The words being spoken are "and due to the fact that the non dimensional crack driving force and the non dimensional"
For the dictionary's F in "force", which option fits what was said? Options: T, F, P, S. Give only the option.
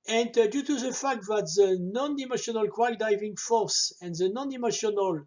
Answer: F